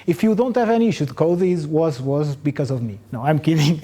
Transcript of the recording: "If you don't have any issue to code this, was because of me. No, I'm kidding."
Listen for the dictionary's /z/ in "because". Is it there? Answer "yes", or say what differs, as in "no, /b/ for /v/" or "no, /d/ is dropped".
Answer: yes